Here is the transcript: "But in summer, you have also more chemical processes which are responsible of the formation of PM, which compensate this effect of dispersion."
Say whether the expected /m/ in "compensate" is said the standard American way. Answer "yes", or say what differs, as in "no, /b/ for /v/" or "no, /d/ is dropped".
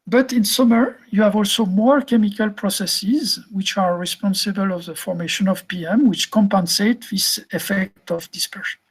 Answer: yes